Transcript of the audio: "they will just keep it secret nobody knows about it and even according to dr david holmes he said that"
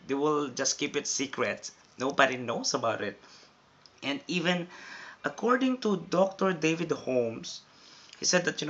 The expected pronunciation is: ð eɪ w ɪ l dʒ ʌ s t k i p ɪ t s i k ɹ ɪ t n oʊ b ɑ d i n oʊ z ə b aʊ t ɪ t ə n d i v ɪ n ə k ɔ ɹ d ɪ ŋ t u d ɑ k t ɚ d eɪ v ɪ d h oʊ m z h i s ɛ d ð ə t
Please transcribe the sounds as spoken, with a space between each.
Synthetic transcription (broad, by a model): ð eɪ w ɪ l dʒ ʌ s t k i p ɪ t s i k ɹ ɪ t n oʊ b ɑ d i n oʊ s ə b aʊ t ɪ t ə n d i v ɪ n ə k ɔ ɹ d ɪ ŋ t u d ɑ k t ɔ d eɪ v ɪ d h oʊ m s h i s ɛ d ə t